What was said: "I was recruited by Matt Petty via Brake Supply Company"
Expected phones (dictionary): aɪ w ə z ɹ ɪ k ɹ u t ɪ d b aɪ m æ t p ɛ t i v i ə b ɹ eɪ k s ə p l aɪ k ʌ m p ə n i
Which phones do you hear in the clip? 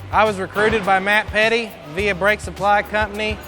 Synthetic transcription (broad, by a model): aɪ w ə z ɹ ɪ k ɹ u t ɪ d b aɪ m æ t p ɛ t i v i ə b ɹ eɪ k s ə p l aɪ k ʌ m p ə n i